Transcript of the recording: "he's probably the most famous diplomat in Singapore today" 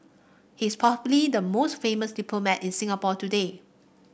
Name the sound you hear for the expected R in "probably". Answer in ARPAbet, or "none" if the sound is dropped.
none